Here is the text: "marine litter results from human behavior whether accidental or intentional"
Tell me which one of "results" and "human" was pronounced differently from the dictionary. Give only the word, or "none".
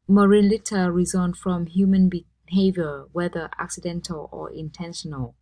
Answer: results